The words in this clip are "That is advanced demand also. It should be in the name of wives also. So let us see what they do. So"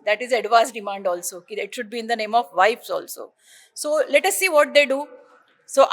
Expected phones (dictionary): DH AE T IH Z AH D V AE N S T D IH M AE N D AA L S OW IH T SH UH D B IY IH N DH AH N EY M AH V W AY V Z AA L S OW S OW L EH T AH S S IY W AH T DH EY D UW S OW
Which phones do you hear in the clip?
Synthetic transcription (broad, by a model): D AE T IH Z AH D V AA S D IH M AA N D AA L S OW IH T SH UH D B IY IH N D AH N EY M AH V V AY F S AA L S OW S OW L EH T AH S S IY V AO T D EY D UW S OW